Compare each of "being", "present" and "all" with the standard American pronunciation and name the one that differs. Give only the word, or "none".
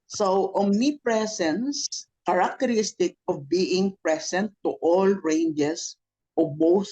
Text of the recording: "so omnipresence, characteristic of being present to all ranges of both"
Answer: present